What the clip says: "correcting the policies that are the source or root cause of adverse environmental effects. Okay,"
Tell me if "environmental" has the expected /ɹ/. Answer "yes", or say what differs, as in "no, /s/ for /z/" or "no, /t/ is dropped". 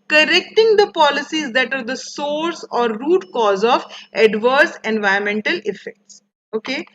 no, /ɹ/ is dropped